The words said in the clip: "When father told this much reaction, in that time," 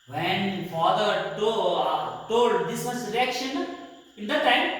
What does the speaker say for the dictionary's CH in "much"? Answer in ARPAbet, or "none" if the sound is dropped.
S